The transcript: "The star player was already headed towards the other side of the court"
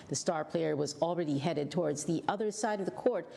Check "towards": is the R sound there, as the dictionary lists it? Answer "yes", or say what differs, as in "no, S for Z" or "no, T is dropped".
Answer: yes